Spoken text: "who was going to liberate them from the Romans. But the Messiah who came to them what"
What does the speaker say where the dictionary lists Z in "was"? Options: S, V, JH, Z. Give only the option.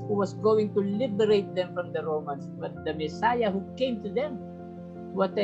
S